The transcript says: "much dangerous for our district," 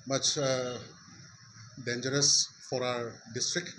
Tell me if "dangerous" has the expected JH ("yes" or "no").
yes